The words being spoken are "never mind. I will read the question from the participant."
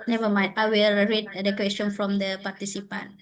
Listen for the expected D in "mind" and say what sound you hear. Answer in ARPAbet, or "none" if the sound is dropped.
none